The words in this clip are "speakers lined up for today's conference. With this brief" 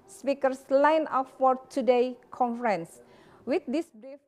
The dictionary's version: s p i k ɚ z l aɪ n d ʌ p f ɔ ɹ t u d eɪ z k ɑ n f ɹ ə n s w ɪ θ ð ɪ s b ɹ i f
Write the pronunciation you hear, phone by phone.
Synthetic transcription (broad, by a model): s p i k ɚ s l aɪ n ʌ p f ɔ ɹ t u d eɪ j k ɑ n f ɹ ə n s w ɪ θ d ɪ s b ɹ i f